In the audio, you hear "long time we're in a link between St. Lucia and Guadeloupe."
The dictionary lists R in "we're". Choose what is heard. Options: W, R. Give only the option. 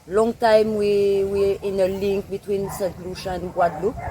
W